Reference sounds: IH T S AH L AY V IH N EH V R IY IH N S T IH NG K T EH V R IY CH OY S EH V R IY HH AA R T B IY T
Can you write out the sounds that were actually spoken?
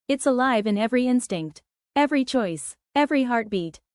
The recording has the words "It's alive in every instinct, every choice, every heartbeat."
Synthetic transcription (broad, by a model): IH T S AH L AY V IH N EH V R IY IH N S T IH NG K T EH V R IY CH OY S EH V R IY HH AA R T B IY T